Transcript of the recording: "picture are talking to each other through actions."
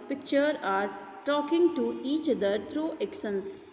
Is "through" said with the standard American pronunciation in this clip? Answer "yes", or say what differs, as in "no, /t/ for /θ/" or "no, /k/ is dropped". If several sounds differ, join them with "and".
no, /t/ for /θ/